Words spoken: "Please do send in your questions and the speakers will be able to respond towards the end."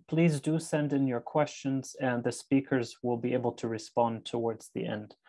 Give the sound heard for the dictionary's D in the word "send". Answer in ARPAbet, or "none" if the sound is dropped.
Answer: D